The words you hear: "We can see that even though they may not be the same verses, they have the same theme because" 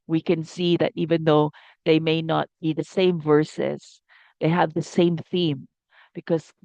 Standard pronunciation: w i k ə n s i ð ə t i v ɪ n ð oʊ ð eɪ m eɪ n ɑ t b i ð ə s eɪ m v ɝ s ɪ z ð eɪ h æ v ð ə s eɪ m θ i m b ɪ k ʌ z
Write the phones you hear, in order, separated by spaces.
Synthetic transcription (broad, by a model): w i k ə n s i ð ə t i v ɪ n ð oʊ ð eɪ m eɪ n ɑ t b i ð ə s eɪ m v ɝ s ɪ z ð eɪ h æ v ð ə s eɪ m θ i m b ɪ k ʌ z